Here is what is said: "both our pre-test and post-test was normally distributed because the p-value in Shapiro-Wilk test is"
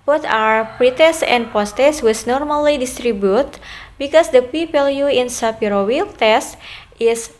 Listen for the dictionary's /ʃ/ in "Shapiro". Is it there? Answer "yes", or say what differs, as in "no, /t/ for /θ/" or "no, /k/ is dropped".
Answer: no, /s/ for /ʃ/